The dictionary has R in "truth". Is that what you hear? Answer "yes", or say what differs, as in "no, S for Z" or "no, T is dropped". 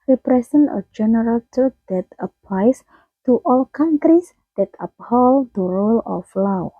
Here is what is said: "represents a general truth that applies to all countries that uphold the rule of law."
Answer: no, R is dropped